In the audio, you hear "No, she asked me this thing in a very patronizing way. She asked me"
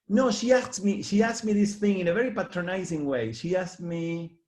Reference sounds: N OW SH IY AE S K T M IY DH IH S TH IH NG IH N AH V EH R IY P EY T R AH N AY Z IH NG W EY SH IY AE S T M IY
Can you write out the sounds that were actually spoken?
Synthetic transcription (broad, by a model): N OW SH IY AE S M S M IY DH IH S TH IH NG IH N AH V EH R IY P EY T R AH N AY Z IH NG W EY SH IY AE S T M IY